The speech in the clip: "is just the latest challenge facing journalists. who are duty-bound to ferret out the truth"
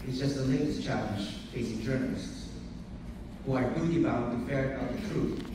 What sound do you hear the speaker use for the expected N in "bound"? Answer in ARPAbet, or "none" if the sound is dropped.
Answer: none